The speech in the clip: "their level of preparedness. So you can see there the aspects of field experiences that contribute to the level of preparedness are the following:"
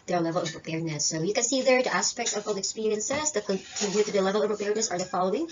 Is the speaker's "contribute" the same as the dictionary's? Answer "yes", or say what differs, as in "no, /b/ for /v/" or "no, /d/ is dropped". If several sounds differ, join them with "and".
no, /ɹ/ is dropped